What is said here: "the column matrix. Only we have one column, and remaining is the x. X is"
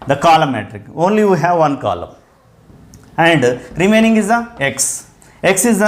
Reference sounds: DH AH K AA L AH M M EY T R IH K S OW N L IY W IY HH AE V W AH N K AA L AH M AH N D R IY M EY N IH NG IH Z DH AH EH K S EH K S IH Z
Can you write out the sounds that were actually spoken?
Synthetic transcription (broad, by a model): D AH K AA L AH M M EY T R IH K OW N L IY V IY HH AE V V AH N K AA L AH M AH N D R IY M EY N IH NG IH Z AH EH K S EH K S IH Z